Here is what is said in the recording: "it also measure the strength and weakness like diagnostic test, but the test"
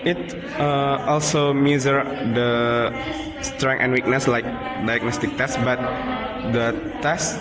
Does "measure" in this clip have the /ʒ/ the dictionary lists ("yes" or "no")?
no